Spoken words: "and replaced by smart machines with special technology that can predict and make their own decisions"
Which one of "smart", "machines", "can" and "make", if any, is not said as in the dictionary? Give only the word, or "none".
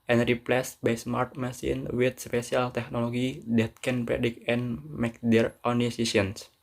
machines